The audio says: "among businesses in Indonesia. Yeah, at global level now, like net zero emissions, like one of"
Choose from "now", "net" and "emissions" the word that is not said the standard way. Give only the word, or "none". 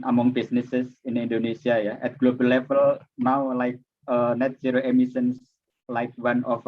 emissions